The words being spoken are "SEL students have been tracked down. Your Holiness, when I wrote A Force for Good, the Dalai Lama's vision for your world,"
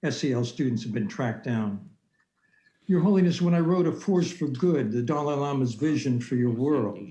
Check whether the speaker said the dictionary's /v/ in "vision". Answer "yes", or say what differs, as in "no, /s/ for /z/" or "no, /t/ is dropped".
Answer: yes